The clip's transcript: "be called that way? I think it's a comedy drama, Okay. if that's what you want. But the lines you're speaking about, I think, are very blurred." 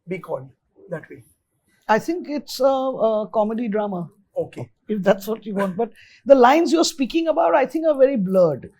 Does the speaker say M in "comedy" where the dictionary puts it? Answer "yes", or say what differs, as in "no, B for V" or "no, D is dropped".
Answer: yes